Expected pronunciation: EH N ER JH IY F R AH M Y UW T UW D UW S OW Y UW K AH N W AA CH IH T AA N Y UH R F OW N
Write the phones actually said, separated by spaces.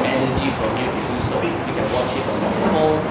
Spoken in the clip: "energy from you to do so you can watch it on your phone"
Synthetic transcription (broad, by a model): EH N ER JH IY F R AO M Y UW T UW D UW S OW Y UW K AH N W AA SH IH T AA N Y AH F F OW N